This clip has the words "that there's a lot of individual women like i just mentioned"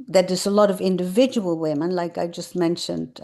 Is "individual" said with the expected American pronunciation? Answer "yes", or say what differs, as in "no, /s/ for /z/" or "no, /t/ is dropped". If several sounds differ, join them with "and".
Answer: yes